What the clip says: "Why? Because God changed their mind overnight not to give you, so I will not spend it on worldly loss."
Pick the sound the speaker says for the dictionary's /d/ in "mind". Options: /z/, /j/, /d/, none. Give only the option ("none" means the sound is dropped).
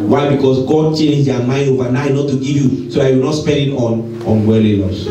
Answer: none